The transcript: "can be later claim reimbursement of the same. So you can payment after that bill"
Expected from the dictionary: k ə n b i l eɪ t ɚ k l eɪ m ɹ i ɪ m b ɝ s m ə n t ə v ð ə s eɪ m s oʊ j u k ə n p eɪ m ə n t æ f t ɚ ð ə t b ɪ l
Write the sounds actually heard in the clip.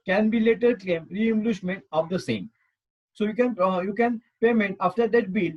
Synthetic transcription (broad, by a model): k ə n b i l eɪ t ɚ k l eɪ m ɹ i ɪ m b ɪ ʃ m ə n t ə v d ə s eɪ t s oʊ j u k ə n p eɪ m ə n t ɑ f t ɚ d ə t b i l